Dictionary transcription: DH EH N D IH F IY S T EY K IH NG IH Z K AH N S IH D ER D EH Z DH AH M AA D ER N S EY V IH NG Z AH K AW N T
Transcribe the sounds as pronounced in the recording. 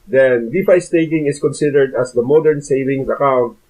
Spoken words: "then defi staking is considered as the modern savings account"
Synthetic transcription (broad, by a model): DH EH N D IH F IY S T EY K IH NG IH S K AH N S IH D ER D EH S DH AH M AA D ER N S EY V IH NG S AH K AW N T